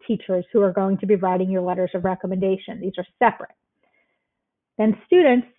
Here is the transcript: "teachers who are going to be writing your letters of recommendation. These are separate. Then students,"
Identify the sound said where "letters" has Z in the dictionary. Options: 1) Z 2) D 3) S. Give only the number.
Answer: 1